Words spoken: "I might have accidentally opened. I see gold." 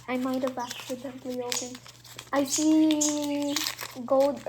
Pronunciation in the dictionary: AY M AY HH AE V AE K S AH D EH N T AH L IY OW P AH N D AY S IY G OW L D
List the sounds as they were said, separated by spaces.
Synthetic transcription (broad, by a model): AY M AY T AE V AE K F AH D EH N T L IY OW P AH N AY S IY G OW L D